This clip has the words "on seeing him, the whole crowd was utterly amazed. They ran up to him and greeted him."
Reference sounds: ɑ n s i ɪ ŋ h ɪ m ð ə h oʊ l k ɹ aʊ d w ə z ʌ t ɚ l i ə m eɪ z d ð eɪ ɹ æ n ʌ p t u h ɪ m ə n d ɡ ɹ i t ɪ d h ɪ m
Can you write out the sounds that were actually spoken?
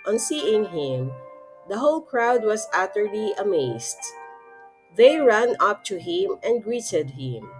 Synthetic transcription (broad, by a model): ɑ n s i ɪ ŋ h ɪ m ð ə h oʊ l k ɹ aʊ d w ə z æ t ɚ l i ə m eɪ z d ð eɪ ɹ æ n ʌ p t u h ɪ m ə n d ɡ ɹ i t ɪ d h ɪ m